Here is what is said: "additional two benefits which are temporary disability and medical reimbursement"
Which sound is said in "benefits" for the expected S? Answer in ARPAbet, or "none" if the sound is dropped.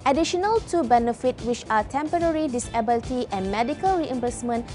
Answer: none